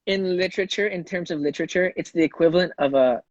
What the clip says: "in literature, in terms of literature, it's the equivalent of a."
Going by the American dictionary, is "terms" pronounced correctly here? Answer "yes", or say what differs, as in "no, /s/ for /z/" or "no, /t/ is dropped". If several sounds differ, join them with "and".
yes